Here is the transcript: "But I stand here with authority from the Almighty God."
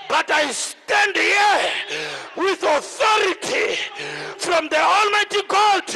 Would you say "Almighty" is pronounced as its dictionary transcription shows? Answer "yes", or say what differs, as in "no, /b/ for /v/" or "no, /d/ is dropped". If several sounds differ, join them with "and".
yes